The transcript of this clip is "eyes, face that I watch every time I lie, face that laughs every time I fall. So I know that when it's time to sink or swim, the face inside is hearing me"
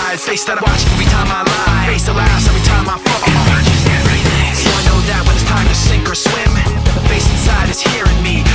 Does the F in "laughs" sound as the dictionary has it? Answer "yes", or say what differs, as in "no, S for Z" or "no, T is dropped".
no, F is dropped